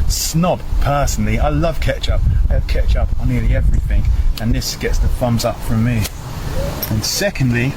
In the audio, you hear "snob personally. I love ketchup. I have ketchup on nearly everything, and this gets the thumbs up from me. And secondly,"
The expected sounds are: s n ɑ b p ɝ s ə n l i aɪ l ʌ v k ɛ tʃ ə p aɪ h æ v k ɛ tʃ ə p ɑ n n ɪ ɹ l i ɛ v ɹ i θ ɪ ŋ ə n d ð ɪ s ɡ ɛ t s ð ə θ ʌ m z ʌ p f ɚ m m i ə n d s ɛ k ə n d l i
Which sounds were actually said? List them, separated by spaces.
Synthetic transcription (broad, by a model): s n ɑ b p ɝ s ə n l i aɪ l ʌ v k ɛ tʃ ə p aɪ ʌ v k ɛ tʃ ə p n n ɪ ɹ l i ɛ v ɹ i θ ɪ ŋ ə n ð ɪ s ɡ ɛ t s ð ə f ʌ m z ʌ p f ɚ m m i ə n s ɛ k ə n d l i